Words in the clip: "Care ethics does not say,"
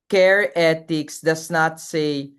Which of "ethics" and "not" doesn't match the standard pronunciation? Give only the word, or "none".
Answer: ethics